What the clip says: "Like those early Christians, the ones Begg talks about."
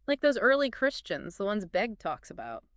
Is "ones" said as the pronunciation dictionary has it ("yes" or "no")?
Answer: yes